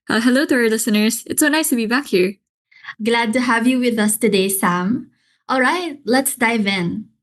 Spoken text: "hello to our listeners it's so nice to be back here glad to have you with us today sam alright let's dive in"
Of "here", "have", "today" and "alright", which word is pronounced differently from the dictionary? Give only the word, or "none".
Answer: none